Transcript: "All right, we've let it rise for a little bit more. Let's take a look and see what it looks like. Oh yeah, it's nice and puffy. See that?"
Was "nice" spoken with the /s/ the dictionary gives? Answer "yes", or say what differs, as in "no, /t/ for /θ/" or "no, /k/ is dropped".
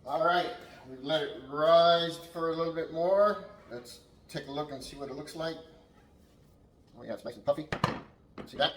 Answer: no, /s/ is dropped